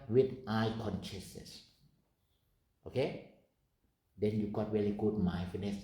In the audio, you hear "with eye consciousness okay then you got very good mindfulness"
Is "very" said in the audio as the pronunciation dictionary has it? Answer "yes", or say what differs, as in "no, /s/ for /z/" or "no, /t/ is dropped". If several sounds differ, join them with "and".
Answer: no, /l/ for /ɹ/